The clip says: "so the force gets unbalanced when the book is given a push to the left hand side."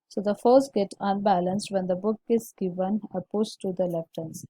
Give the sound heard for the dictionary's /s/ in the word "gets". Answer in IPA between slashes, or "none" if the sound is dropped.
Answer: none